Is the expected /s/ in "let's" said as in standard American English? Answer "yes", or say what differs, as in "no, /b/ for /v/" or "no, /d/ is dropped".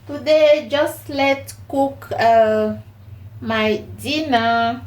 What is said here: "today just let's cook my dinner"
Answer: no, /s/ is dropped